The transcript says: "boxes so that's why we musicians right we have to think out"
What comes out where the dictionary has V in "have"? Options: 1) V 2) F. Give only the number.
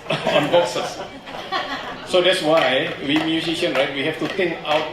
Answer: 2